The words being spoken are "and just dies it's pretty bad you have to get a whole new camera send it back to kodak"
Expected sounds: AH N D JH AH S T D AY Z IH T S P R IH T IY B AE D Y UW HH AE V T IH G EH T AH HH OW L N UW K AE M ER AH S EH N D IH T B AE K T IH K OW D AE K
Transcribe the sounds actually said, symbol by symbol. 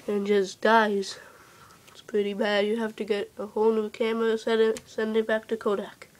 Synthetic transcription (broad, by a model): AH N JH AH S D AY Z IH T S P R IH T IY B AE D Y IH HH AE F T IH G EH T AH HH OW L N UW K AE M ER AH S EH N D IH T B AE K T IH K OW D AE K